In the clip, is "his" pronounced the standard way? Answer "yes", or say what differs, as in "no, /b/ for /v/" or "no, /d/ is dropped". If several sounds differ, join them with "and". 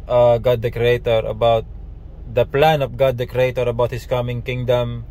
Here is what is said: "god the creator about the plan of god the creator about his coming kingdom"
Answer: no, /s/ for /z/